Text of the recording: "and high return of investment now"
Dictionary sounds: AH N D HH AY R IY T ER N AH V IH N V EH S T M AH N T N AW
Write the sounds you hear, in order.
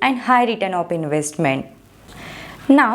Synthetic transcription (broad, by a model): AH N D HH AY R IY T ER N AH P IH N V EH S T M AH N T N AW